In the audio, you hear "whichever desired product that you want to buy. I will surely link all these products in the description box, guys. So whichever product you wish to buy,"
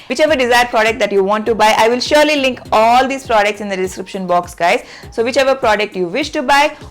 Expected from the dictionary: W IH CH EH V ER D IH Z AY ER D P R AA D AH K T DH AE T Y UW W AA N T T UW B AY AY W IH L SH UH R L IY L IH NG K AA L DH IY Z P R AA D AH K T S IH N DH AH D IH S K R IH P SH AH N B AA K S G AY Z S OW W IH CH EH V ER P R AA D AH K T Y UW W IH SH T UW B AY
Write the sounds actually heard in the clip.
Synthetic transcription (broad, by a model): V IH CH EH V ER D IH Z AY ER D P R AA D AH K T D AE T Y UW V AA N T T UW B AY AY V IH L SH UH R L IY L IH NG K AA L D IY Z P R AA D AH K T S IH N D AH D IH S K R IH P SH AH N B AA K S G AY Z S OW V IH CH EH V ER P R AA D AH K T Y UW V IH SH T UW B AY